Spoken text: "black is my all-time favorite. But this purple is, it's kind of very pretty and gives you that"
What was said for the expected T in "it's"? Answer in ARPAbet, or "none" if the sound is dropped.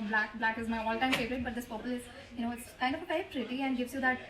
T